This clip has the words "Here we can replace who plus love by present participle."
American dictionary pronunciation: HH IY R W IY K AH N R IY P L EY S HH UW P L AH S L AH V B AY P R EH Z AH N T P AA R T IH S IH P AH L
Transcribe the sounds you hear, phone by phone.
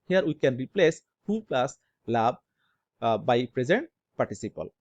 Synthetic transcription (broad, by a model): HH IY R W IY K AH N R IY P L EY S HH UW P L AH S L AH B B AY P R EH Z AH N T P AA R T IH S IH P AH L